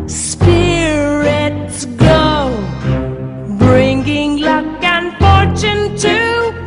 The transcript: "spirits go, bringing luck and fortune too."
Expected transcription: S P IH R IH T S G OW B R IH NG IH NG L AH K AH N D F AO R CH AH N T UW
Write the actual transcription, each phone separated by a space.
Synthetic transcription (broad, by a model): S P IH R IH T S G OW B R IH NG IH NG L AH K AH N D F AO R CH AH N T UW